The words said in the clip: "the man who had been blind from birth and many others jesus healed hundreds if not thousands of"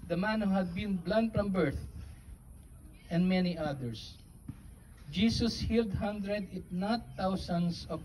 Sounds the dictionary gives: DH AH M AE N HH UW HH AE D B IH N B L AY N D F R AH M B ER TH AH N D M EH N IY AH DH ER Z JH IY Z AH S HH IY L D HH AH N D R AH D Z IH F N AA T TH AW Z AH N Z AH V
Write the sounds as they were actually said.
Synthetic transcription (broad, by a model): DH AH M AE N HH UW HH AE D B IH N B L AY N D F R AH M B ER TH AH N D M EH N IY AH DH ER S JH IY S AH S HH IY L D HH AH N D R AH D IH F N AA T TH AW S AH N S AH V